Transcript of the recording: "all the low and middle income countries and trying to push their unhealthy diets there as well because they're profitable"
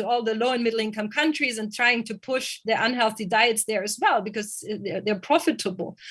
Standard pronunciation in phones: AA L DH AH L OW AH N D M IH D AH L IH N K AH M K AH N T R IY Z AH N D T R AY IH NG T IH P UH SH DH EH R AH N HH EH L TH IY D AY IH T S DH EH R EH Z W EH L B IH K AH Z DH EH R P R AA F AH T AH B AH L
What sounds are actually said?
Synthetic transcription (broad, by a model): AA L DH AH L OW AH N M IH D L IH N K AH M K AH N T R IY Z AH N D T R AY IH NG T IH P UH SH DH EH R AH N HH EH L TH IY D AY IH T S DH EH R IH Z W EH L B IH K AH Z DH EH R P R AA F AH T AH B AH L